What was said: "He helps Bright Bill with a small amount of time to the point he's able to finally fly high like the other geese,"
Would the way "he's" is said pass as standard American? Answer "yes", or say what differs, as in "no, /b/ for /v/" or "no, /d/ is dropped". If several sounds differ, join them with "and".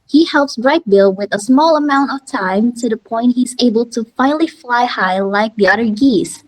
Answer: yes